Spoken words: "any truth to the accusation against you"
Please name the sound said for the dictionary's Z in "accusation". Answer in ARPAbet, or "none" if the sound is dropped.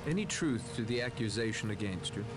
Z